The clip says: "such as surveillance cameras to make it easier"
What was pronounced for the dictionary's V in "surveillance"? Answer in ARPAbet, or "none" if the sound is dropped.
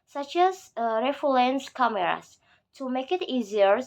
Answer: F